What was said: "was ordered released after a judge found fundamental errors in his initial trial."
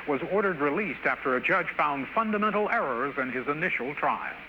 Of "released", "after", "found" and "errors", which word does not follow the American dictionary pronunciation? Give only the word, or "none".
none